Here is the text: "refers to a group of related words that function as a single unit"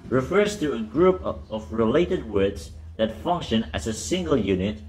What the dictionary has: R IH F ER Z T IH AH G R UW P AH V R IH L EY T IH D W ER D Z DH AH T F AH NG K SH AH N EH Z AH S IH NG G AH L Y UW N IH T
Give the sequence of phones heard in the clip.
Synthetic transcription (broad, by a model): R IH F ER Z T IH AH G R UW P AH V R IH L EY T IH D W ER D Z DH AH T F AH NG K SH AH N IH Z AH S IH NG G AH L Y UW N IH T